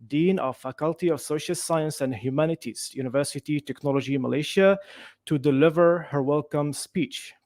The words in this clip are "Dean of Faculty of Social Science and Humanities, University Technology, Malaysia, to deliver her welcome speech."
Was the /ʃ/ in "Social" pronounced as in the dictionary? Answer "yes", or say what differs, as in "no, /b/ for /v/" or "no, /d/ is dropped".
yes